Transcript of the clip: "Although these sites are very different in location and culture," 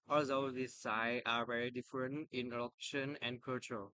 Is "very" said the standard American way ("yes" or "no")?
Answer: yes